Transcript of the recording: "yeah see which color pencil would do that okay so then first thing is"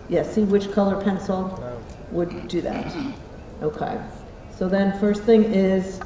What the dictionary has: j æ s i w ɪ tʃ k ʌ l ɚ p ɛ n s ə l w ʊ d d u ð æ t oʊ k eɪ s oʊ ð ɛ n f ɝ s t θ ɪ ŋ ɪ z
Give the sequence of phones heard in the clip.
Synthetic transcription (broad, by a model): j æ s i w ɪ tʃ k ʌ l ɚ p ɛ n s l w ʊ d d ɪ ð æ t oʊ k eɪ s oʊ ð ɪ n f ɝ s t θ ɪ ŋ ɪ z